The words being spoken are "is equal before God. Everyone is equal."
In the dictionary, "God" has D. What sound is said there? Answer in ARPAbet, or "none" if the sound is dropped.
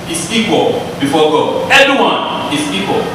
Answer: none